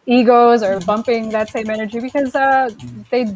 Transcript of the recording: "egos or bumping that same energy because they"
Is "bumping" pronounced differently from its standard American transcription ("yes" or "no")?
no